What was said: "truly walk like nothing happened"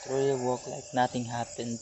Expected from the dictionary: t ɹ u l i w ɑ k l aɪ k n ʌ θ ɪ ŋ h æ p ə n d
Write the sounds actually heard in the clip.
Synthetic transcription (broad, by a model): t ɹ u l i w ɑ k l aɪ k n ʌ t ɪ ŋ h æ p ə n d